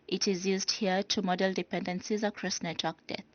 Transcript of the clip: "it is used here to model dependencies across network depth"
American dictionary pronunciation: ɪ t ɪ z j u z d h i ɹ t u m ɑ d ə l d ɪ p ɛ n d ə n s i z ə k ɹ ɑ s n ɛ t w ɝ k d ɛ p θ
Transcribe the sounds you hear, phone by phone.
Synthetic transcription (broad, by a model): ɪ t ɪ z j u z d h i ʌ t u m ɑ d ə l d ɪ p ɛ n d ə n s i z ə k ɹ ɑ s n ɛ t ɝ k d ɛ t